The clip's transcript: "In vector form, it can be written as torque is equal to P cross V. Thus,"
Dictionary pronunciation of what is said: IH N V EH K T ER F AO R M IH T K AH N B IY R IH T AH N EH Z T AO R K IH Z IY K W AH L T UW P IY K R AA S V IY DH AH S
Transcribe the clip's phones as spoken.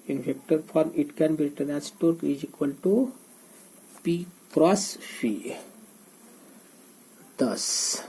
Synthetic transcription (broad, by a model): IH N F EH K T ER F AO R M IH T K AH N B IY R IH T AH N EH S T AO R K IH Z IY K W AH L T UW P IY K R AA S F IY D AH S